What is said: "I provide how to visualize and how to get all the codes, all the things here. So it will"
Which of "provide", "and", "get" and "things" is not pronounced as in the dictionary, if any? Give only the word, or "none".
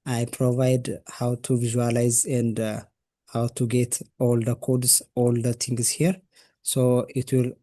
things